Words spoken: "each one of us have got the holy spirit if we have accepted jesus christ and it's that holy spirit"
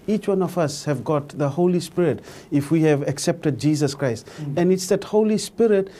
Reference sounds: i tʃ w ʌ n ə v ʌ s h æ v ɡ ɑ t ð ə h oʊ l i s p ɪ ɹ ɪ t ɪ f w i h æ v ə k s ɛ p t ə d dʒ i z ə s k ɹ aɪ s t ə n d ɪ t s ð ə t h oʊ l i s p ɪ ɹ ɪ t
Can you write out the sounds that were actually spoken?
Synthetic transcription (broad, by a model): i tʃ w ʌ n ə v ʌ s h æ v ɡ ɑ t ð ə h oʊ l i s p ɪ ɹ ɪ t ɪ f w i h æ v ə k s ɛ p t ə d dʒ i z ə s k ɹ aɪ s t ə n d ɪ t s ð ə t h oʊ l i s p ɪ ɹ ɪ t